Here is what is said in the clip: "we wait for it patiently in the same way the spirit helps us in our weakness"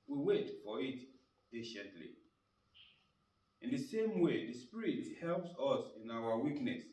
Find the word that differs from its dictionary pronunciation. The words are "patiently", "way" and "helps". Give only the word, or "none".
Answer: none